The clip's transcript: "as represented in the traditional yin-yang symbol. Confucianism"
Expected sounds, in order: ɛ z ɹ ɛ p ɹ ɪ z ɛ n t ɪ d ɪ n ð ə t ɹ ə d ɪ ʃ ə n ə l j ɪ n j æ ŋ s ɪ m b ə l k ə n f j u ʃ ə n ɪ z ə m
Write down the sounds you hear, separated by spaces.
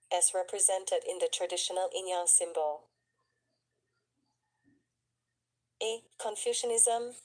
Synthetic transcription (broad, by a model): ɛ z ɹ ɛ p ɹ ɪ z ɛ n t ɪ d ɪ n ð ə t ɹ ə d ɪ ʃ ə n ə l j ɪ n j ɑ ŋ s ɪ m b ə l k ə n f j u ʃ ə n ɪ z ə m